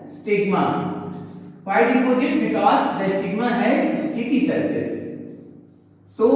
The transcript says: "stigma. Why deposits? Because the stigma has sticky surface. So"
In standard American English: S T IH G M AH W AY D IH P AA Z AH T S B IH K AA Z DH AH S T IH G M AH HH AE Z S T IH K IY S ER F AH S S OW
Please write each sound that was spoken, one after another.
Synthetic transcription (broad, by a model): S T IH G M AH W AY D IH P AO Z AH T B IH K AA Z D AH S T IH G M AH HH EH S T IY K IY S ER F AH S S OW